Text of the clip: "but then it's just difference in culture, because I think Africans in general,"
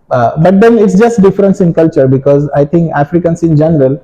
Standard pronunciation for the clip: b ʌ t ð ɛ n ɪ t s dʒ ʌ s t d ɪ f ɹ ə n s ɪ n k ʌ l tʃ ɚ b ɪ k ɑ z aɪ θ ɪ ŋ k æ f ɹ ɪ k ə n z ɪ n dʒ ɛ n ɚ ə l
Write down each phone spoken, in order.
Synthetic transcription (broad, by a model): b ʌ t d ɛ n ɪ t s dʒ ʌ s t d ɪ f ɹ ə n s ɪ n k ʌ l tʃ ɚ b ɪ k ɑ z aɪ t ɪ ŋ k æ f ɹ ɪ k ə n s ɪ n dʒ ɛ n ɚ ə l